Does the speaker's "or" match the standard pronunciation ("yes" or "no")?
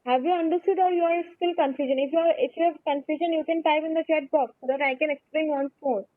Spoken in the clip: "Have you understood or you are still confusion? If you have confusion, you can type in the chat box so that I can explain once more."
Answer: no